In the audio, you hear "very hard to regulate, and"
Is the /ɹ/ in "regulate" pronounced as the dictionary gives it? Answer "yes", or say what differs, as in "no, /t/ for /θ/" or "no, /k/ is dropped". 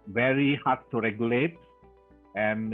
yes